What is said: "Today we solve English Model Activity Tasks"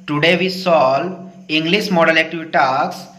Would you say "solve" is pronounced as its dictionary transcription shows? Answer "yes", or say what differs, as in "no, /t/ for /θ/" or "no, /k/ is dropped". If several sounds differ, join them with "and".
no, /v/ is dropped